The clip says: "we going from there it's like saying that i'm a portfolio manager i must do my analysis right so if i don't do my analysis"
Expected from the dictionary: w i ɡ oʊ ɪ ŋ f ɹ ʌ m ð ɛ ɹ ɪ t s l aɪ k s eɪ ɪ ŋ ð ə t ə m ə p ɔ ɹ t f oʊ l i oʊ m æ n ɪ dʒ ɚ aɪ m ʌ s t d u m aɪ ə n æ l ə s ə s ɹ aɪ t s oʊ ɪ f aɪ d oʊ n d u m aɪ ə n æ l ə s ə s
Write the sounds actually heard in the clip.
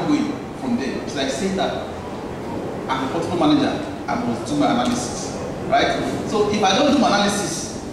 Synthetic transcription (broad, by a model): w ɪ f ɹ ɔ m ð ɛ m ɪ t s l aɪ k s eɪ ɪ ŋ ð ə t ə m ə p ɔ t oʊ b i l m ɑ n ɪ dʒ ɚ aɪ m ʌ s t d u m aɪ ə n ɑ l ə s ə s ɹ aɪ t s oʊ ɪ f aɪ d oʊ n d u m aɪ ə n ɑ l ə s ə s